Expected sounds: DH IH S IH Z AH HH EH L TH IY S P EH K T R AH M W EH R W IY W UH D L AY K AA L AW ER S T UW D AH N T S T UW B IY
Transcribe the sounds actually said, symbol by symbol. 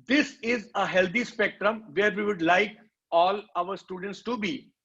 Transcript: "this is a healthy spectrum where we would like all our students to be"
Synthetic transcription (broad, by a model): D IH S IH Z AH HH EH L T IY S P EH K T R AH M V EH R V IY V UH D L AY K AA L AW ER S T UW D AH N T S T UW B IY